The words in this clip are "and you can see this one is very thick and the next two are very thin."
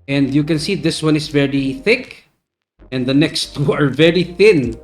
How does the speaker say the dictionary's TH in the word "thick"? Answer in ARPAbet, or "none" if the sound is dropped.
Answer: TH